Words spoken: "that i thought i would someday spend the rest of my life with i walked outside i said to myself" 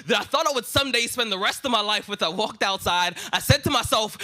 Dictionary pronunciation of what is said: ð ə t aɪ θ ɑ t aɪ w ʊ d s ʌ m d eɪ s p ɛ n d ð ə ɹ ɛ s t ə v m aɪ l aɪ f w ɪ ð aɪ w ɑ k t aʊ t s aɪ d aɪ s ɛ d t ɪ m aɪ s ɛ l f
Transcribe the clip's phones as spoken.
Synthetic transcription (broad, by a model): ð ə t aɪ θ ɑ t aɪ w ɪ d s ʌ m d eɪ s p ɛ n ð ə ɹ ɛ s t ə v m aɪ l aɪ f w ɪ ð aɪ w ɑ k t aʊ t s aɪ d aɪ s ɛ d t ɪ m aɪ s ɛ l f